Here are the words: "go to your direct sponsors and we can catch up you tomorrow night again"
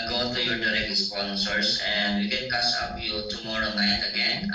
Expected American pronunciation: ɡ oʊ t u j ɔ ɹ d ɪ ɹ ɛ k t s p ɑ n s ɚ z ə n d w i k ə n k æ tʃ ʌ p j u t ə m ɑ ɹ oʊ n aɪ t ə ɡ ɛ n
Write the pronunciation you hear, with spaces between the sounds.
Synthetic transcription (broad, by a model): ɡ oʊ t u j ɔ ɹ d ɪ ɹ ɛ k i s p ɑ n s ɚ s ə n d w i k ə n k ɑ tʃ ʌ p j u t ə m ɑ ɹ oʊ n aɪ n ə ɡ ɛ n